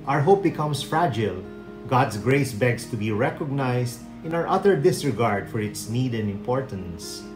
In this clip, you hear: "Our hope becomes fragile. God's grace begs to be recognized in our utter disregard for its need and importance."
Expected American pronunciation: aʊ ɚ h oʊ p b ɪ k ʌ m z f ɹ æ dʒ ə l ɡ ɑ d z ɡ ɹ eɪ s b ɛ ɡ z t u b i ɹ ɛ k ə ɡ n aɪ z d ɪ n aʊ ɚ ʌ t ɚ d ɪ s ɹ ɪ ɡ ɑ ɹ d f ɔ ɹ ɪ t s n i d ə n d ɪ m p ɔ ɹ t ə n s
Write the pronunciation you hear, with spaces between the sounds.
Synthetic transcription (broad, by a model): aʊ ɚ h oʊ p b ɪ k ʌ m s f ɹ æ dʒ ə l ɡ ɑ d s ɡ ɹ eɪ s b ɛ ɡ s t u b i ɹ ɛ k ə ɡ n aɪ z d ɪ n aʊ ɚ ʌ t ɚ d ɪ s ɹ ɪ ɡ ɑ ɹ d f ɔ ɹ ɪ t s n i d ə n d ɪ m p ɔ ɹ t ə n s